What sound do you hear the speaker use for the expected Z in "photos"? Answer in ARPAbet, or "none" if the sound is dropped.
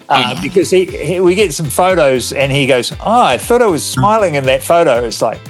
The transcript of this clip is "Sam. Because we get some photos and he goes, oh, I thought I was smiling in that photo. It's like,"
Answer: Z